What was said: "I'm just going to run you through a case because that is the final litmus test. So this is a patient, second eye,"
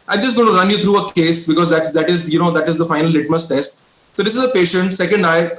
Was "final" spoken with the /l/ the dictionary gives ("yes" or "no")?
yes